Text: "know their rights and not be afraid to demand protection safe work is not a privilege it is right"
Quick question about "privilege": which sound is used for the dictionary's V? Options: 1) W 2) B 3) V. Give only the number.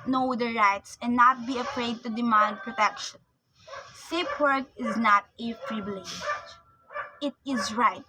2